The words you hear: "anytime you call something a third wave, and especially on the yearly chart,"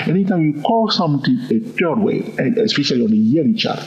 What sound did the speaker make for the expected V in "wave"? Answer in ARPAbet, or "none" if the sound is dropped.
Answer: none